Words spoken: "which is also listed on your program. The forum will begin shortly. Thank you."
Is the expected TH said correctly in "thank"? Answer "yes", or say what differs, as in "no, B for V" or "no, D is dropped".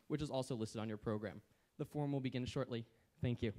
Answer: yes